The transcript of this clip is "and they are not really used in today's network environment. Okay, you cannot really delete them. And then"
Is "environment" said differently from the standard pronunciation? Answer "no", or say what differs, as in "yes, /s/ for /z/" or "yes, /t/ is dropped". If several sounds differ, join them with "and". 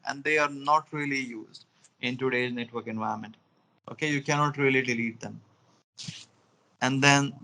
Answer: yes, /ɹ/ is dropped